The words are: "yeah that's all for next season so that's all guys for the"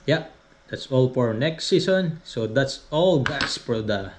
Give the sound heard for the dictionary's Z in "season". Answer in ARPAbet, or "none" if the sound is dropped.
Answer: S